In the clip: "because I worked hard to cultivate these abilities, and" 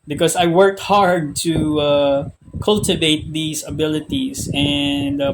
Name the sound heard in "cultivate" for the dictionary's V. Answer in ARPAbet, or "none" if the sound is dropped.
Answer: V